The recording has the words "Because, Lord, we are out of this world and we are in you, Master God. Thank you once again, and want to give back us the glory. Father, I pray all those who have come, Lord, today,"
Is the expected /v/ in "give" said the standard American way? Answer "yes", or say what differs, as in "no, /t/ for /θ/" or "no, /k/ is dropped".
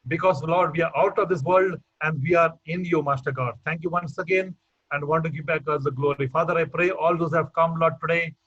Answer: no, /p/ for /v/